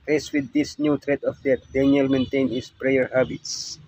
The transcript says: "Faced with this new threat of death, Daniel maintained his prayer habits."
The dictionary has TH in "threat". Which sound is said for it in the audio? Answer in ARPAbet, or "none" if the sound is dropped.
T